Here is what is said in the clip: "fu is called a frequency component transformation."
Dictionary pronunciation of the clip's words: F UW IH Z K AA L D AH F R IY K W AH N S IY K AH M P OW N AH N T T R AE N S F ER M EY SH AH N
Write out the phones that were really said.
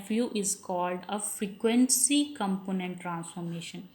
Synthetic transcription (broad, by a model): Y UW IH Z K AA L D AH F R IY K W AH N S IY K AH M P OW N AH N T T R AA N S F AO M EY SH AH N